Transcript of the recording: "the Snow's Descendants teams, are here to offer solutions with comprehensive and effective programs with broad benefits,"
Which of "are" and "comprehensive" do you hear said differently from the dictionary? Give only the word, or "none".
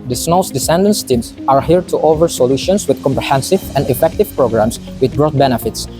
none